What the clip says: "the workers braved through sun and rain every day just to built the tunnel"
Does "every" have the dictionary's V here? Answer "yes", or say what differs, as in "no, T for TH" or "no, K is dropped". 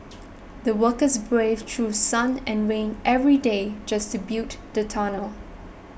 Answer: yes